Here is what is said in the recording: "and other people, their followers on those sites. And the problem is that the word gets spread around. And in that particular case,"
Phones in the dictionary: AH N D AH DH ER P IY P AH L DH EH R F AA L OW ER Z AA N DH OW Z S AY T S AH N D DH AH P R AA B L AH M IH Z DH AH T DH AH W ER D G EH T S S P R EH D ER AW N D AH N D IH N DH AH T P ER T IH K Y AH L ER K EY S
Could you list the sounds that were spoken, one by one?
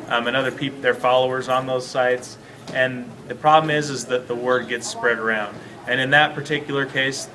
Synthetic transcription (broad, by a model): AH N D AH DH ER P IY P DH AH R F AA L OW ER Z N DH OW Z S AY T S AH N DH AH P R AA B L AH M IH Z DH AH T DH AH W ER D G EH T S S P R EH D ER AW N D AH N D IH N DH AH T P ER T IH K Y L ER K EY S